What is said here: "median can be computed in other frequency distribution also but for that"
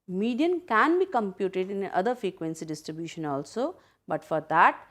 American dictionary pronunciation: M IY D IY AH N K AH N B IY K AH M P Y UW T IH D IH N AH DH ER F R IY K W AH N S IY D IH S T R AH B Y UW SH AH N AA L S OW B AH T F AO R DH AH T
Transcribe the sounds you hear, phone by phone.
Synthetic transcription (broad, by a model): M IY D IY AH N K AH N B IY K AH M P Y UW T IH D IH N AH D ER F R IY K W AH N S IY D IH S T R AH B Y UW SH AH N AA L S OW B AH T F AO R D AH T